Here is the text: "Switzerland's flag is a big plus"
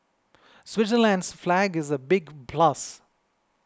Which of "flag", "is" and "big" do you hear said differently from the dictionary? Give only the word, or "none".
none